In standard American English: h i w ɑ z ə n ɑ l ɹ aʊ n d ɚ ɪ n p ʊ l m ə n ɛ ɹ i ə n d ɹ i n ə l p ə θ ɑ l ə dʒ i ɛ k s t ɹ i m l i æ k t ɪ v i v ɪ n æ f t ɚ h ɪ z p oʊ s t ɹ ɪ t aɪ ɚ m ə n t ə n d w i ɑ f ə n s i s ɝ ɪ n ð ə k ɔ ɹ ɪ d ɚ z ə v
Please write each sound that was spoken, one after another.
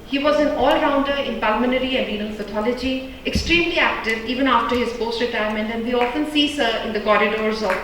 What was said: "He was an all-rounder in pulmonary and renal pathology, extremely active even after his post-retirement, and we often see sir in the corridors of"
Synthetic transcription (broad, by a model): h i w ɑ z ə n ɑ l ɹ aʊ n d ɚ ɪ n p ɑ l m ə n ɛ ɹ i ə n d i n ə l f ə t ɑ l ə dʒ i ɛ k s t ɹ i m l i æ k t ɪ v i v ɪ n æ f t ɚ h ɪ z p oʊ s t ɹ ɪ t aɪ ɚ m ə n t ə n d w i ɑ f ə n s i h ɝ ɪ n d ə k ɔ ɹ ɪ d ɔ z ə